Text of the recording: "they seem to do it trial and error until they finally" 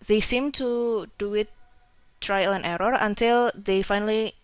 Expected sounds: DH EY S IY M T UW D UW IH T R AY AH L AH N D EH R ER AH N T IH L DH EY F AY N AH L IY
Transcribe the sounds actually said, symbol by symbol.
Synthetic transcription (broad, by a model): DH EY S IY M T UW D UW IH T R AY AH L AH N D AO R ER AH N T IH L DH EY F AY N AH L IY